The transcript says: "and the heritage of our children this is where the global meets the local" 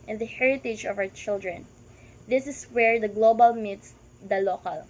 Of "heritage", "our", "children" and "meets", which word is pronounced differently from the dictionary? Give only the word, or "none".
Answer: our